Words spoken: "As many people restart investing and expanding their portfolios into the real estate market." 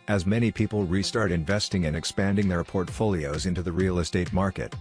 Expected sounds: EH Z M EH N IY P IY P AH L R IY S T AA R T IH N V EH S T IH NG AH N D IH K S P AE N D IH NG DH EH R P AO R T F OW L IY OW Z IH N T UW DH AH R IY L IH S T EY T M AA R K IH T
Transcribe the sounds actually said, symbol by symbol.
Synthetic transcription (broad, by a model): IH Z M EH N IY P IY P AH L R IY S T AA R T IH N V EH S T IH NG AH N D IH K S P AE N D IH NG DH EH R P AO R T F OW L IY OW Z IH N T UW DH AH R IY L IH S T EY T M AA R K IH T